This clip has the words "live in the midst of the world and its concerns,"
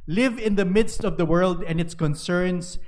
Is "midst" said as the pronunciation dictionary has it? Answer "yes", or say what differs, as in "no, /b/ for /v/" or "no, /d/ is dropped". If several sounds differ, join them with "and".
yes